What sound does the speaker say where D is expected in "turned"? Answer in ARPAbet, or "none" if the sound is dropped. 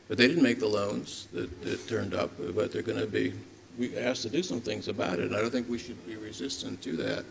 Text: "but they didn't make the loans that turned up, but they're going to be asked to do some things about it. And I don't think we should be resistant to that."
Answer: D